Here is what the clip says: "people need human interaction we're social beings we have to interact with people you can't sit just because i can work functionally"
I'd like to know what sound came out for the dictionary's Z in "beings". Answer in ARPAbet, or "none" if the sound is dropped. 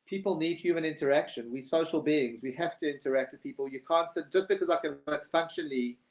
Z